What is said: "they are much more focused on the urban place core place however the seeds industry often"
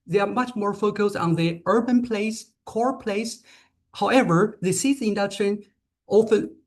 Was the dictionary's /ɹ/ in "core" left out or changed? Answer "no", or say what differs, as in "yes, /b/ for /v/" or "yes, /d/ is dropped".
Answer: no